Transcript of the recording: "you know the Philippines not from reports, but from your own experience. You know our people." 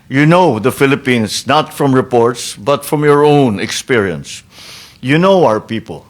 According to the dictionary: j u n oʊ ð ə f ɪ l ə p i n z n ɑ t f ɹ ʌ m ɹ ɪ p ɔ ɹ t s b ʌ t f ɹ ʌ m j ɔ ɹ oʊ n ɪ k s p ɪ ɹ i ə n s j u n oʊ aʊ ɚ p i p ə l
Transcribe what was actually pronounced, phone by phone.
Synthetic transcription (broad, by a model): j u n oʊ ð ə f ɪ l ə p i n s n ɑ t f ɹ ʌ m ɹ ɪ p ɔ ɹ t s b ʌ t f ɹ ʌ m j ɔ ɹ oʊ n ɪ k s p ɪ ɹ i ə n s j u n oʊ aʊ ɚ p i p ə l